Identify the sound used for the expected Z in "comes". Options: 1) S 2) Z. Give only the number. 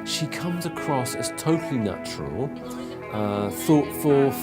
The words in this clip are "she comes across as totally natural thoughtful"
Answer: 2